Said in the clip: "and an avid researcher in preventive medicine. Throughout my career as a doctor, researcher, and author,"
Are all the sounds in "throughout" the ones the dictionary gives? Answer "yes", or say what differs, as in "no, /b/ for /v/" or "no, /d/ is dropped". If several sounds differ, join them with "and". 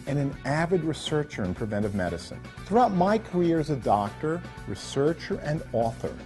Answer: yes